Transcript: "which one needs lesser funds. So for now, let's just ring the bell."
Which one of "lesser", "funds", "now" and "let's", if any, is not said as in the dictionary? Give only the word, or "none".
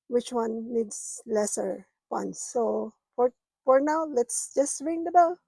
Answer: funds